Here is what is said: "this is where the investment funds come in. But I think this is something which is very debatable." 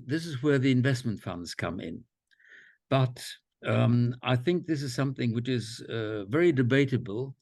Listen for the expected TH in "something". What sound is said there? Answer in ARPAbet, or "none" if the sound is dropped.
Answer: TH